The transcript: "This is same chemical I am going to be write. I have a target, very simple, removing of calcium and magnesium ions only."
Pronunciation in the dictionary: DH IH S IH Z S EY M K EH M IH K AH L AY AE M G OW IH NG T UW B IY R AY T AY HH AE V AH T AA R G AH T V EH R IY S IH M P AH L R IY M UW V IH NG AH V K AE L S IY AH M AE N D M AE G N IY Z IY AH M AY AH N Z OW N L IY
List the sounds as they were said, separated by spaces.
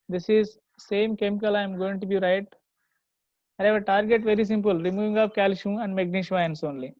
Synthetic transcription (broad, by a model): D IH S IH Z S EY M K EH M IH K AH L AY M G OW IH NG T UW B IY R AY T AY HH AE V AH T AA R G AH T V EH R IY S IH M P AH L R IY M UW V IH NG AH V K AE L SH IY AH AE N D M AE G N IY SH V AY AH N S OW N L IY